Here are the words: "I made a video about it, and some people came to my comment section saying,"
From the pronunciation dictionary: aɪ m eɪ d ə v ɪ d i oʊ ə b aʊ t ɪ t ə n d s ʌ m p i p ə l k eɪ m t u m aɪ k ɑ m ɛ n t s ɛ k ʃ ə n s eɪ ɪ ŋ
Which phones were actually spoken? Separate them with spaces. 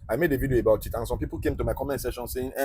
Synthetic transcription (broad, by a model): aɪ m eɪ d ə v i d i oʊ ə b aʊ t ɪ t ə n s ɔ m p i p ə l k eɪ m t u m aɪ k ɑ m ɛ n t s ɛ ʃ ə n s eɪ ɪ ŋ